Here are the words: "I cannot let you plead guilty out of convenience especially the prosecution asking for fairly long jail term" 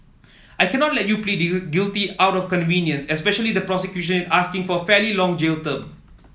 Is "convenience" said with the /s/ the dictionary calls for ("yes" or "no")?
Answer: yes